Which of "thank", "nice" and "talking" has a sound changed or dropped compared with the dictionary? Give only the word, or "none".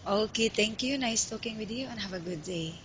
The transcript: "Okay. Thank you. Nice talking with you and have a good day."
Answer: thank